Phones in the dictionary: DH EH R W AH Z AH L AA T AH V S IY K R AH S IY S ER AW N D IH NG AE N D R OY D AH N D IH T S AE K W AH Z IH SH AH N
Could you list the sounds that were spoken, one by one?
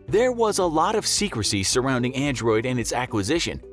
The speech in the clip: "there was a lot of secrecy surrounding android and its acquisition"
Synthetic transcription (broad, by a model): DH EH R W AH Z AH L AA T AH V S IY K R AH S IY S ER AW N D IH NG AE N D R OY D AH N IH T S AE K W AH Z IH SH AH N